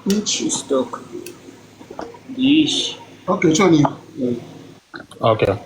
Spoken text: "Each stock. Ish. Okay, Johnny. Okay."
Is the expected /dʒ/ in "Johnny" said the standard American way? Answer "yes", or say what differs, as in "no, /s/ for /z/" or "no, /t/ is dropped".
no, /tʃ/ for /dʒ/